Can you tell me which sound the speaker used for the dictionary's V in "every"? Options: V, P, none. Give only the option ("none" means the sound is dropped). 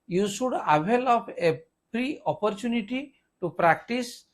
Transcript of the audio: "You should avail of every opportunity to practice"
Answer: P